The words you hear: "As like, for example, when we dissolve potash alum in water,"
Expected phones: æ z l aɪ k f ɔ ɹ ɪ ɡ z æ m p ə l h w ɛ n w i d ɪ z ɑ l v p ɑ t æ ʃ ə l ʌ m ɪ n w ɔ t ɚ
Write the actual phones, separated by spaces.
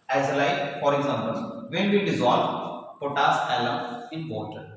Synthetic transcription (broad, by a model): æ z l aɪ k f ɔ ɹ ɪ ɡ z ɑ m b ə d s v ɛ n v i d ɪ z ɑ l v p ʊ t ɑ s ə l ʌ m ɪ n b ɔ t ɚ